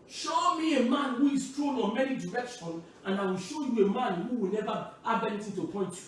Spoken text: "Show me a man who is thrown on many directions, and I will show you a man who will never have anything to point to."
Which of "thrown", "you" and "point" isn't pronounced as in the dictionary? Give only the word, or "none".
thrown